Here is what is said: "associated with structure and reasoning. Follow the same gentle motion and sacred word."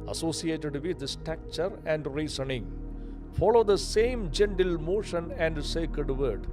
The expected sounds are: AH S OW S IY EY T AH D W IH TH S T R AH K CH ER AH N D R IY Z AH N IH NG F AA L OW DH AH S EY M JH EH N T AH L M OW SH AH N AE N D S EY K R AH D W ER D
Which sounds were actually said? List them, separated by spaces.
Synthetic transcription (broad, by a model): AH S OW S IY EY T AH D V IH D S T AE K CH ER AH N D R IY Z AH N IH NG F AA L OW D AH S EY M JH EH N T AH L M OW SH AH N AE N D S EY K R AH D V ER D